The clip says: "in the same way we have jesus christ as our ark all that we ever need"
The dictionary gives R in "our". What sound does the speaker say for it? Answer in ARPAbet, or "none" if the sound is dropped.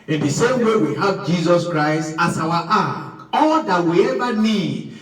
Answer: W